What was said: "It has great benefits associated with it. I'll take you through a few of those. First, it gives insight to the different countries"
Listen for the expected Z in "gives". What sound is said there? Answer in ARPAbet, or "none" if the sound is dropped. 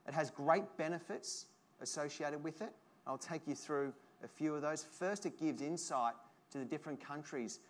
Z